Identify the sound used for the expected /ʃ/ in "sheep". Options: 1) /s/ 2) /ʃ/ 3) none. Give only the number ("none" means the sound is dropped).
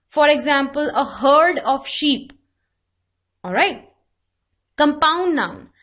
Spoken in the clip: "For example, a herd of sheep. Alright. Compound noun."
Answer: 2